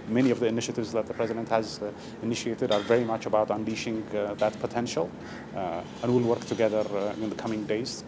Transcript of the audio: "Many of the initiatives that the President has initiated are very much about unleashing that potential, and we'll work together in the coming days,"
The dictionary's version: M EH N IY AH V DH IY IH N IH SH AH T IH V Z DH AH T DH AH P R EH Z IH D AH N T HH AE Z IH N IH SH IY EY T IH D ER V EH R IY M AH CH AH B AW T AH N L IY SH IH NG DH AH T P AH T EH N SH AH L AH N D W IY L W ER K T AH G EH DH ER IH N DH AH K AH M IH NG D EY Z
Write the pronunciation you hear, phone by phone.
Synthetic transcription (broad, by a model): M EH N IY AH V DH IY IH N IH SH AH T IH V Z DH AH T DH AH P R EH Z IH D AH N T HH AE Z IH N IH SH IY EY T IH D ER V EH R IY M AH CH AH B AW T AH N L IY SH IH NG DH AH T P AH T EH N SH AH L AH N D W IY L W ER K T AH G EH DH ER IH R DH AH K AH M IH NG D EY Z